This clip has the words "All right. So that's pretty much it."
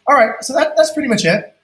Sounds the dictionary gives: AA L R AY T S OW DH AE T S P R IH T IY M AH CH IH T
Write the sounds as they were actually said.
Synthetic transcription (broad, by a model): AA L R AY T S OW DH AE T S P R IH T IY M AH CH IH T